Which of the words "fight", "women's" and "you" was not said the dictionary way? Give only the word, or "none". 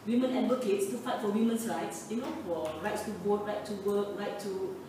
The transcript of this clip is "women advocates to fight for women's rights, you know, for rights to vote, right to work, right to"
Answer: women's